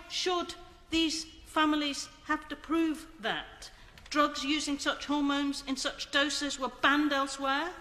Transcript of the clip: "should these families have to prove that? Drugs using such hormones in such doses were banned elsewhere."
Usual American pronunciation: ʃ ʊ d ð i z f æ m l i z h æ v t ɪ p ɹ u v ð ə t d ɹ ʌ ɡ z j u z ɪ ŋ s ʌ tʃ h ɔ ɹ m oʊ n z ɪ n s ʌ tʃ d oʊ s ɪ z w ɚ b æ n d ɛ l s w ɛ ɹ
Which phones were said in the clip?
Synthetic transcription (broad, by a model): ʃ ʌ d ð i z f æ m l i z h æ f t ɪ p ɹ u v ð ə t d ɹ ʌ ɡ z j u z ɪ ŋ s ʌ tʃ h ɔ ɹ m oʊ n z ɪ n s ʌ tʃ d oʊ s ɪ z w ɚ b æ n d ɛ l s w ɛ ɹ